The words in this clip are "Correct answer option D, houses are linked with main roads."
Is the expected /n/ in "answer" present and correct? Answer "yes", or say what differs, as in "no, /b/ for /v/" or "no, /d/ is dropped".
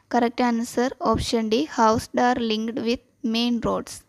yes